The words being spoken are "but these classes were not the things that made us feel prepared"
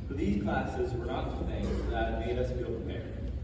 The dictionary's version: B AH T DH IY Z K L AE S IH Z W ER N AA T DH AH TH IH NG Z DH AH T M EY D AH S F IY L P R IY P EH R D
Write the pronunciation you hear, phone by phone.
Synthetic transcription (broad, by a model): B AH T DH IY Z K L AE S IH Z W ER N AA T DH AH TH IH NG Z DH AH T M EY D AH S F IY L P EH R